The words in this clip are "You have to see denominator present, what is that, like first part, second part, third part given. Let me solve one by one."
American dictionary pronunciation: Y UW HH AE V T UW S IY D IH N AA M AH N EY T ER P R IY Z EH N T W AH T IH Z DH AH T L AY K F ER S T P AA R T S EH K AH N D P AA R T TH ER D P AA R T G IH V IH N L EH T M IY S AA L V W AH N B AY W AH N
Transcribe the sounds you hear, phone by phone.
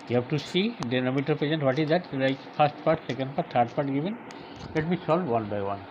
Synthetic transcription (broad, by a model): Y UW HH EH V T UW S IY D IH N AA M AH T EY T P IY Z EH N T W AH T IH Z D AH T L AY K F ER S T P AA R T S EH K AH N D P AA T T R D P AA R T G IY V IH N L EH T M IY S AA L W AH N B AY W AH N